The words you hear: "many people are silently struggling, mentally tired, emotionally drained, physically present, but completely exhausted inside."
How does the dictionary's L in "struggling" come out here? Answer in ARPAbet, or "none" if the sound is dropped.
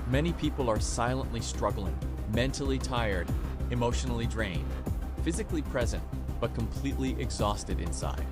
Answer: L